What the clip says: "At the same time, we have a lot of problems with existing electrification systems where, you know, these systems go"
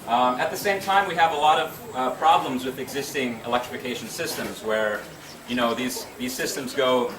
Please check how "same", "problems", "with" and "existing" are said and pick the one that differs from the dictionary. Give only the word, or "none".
none